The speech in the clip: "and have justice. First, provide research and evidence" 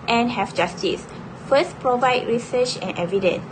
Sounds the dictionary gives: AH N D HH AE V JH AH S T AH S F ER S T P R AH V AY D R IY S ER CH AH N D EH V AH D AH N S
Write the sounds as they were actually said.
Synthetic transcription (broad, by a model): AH N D HH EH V JH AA S T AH S F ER S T P R AH V AY D R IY S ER CH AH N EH V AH D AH N S